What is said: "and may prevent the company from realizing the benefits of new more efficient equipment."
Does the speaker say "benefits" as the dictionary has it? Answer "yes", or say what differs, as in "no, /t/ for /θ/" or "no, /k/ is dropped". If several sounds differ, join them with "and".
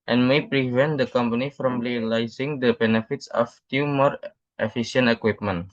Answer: yes